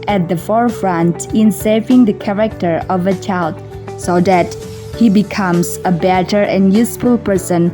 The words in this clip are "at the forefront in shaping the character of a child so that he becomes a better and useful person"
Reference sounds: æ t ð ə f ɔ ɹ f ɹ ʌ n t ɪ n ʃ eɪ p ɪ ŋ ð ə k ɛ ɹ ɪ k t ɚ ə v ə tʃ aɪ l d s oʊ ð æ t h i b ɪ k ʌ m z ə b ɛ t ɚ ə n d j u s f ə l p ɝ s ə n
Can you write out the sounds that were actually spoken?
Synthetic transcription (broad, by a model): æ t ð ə f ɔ ɹ f ɹ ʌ n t ɪ n s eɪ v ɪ ŋ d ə k ɛ ɹ ɪ k t ɚ ə v ə tʃ aɪ l d s oʊ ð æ t h i b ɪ k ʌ m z ə b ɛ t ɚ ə n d j u s f ə l p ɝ s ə n